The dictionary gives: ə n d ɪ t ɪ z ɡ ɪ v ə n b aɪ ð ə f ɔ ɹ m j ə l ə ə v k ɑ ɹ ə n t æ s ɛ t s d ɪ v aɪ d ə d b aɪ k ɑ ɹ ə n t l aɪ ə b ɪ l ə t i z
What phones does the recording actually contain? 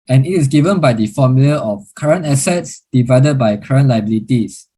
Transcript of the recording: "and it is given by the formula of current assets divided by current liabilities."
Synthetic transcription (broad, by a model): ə n ɪ t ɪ s ɡ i v ə n b aɪ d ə f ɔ m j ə l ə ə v k ɑ ɹ ə n t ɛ s ɛ t s d ɪ v aɪ d ə d b aɪ k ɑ ɹ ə n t l aɪ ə b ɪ l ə t i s